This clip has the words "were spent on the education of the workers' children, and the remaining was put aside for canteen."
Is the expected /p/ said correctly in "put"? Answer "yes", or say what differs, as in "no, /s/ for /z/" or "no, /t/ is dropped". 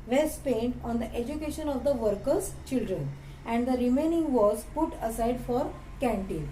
yes